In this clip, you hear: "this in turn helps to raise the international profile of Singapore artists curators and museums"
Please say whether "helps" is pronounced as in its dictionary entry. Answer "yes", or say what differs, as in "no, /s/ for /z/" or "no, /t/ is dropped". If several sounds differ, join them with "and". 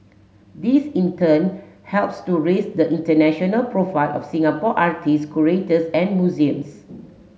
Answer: yes